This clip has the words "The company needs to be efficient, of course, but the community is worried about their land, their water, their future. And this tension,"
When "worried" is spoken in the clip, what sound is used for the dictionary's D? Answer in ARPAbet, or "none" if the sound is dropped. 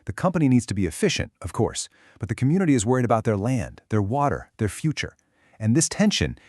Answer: D